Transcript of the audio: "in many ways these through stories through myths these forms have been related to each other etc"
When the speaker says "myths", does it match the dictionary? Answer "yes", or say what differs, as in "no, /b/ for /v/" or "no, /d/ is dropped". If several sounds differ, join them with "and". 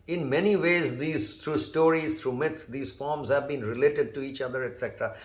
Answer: no, /t/ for /θ/